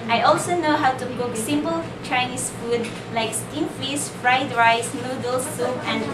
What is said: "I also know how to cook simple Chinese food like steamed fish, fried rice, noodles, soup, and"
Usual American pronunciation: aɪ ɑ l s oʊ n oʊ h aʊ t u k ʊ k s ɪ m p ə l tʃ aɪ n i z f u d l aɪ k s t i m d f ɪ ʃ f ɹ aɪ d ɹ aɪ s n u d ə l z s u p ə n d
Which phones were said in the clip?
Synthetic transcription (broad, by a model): aɪ ɑ l s oʊ n oʊ h aʊ t u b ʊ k s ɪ m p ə l tʃ aɪ n i s f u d l aɪ k s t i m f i s f ɹ aɪ d ɹ aɪ s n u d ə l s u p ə n